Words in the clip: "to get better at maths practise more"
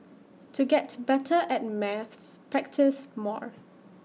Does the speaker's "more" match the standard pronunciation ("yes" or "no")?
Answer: yes